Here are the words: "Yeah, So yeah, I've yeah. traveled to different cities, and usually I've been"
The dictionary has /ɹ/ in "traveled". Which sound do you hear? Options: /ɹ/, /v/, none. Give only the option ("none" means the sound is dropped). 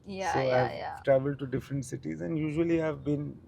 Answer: /ɹ/